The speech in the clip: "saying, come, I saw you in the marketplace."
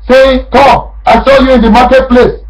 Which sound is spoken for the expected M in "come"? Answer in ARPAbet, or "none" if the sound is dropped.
none